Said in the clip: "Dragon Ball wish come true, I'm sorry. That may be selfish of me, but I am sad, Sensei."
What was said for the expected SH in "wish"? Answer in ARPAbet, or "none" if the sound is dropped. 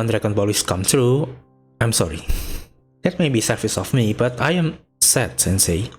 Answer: S